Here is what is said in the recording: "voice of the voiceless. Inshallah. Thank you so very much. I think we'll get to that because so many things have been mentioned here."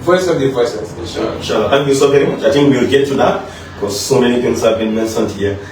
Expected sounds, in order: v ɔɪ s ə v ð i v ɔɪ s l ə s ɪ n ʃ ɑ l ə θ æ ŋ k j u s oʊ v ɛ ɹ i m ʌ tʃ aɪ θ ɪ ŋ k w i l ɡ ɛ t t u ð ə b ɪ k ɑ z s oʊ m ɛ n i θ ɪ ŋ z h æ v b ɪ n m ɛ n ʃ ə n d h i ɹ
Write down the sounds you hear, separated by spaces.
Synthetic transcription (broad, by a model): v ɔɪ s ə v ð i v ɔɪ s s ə ʃ ɪ n ʃ ɑ l ə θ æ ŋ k j u s oʊ v ɛ ɹ i m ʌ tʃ aɪ t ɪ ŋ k w i l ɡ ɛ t t u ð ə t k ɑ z s oʊ m ɛ n i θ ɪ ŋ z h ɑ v b ɪ n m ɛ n s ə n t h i